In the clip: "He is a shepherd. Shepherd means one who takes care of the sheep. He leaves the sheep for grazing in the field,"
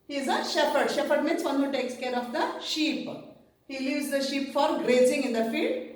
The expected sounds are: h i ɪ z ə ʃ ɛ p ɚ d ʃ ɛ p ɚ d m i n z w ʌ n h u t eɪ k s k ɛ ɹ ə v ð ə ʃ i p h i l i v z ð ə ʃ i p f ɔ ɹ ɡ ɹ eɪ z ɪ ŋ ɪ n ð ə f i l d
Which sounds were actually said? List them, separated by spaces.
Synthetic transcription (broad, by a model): h i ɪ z ə ʃ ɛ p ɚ d ʃ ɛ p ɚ d m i n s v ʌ n h u t eɪ k s k ɛ ɹ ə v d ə ʃ i p h i l i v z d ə ʃ i p f ɔ ɹ ɡ ɹ eɪ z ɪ ŋ ɪ n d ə f i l d